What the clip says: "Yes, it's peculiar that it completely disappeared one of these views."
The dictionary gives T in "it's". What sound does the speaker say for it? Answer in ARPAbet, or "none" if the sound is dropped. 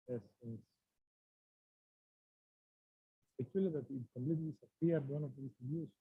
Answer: S